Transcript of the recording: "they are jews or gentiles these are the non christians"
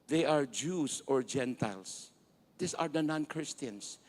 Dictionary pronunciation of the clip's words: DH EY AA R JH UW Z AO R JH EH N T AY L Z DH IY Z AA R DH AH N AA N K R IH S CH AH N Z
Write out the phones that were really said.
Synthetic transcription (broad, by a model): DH EY AA R JH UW S AO R JH EH N T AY L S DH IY S AA R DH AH N AA N K R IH S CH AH N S